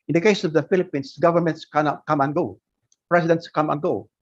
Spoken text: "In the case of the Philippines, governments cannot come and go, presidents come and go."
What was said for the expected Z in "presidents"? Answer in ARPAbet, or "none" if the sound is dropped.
S